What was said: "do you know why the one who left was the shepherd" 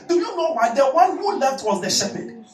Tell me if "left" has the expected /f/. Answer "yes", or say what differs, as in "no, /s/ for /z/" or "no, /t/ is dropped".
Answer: no, /f/ is dropped